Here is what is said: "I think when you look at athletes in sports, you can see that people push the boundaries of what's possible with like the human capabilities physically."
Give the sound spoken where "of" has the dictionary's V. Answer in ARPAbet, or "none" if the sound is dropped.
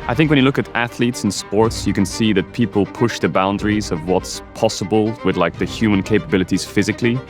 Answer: V